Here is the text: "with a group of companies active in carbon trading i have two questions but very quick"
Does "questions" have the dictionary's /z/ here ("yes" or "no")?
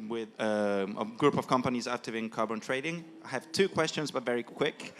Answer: yes